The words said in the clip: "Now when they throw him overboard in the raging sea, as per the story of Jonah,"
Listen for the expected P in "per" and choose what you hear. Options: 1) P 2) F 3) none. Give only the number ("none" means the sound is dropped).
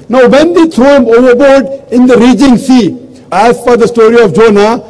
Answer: 2